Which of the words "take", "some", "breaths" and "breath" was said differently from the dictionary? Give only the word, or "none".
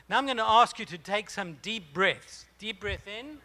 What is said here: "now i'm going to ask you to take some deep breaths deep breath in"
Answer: none